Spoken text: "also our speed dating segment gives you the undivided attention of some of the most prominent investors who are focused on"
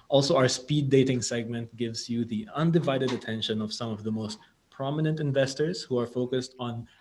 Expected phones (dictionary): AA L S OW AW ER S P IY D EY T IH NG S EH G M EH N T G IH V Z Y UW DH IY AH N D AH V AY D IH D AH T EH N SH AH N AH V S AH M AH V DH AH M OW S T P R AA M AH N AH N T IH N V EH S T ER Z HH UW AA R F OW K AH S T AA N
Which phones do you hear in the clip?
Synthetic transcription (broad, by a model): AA L S OW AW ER S P IY D EY T IH NG S EH G M EH N T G IH V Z Y UW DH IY AH N D AH V AY D IH D AH T EH N SH AH N AH V S AH M AH V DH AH M OW S T P R AA M AH N AH N T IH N V EH S T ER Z HH UW AA R F OW K AH S T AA N